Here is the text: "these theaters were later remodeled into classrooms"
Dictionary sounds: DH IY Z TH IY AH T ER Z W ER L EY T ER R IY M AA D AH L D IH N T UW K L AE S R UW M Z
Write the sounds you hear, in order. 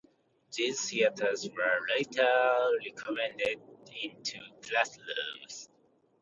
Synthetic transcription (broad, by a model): DH IY Z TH IY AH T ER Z W ER L EY T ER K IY M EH D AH D IH N T UW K L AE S L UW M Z